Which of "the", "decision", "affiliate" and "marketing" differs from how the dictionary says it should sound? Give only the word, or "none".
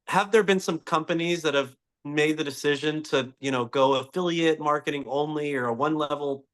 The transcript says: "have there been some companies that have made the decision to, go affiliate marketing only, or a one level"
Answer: none